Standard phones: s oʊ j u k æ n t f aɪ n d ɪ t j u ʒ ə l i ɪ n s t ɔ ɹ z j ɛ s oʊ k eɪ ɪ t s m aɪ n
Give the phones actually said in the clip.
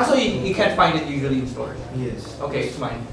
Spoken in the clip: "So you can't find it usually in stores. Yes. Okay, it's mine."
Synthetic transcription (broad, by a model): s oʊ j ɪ k æ n t f aɪ n d ɪ t j u ʒ ə l i ɪ n s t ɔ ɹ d j ɛ s oʊ k eɪ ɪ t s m aɪ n